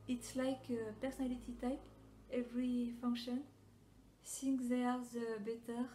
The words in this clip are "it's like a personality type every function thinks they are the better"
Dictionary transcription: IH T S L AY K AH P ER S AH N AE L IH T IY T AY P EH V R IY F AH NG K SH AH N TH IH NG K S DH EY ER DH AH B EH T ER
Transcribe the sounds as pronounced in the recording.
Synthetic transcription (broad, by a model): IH T S L AY K AH P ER S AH N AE L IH T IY T AY P EH V R IY F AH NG K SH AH N S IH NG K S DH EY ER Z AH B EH T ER